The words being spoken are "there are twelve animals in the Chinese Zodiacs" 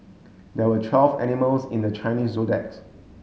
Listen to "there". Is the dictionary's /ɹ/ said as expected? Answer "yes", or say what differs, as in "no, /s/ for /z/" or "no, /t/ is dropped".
no, /w/ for /ɹ/